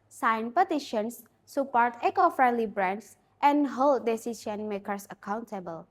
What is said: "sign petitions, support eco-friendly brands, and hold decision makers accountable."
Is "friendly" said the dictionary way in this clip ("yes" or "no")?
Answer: yes